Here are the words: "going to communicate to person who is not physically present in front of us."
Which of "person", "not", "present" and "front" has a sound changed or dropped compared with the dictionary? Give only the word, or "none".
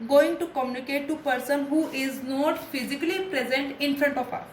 none